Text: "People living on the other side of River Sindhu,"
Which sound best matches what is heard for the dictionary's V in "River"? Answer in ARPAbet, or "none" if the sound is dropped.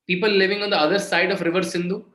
V